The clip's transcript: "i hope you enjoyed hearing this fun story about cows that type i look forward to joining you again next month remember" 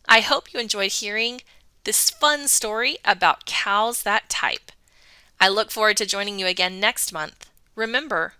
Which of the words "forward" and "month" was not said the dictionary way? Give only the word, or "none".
none